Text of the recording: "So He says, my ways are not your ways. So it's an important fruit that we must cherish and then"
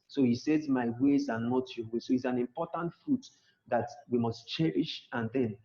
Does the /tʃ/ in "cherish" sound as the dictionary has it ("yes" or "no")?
yes